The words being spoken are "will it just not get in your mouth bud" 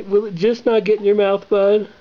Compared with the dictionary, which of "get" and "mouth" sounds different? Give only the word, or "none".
none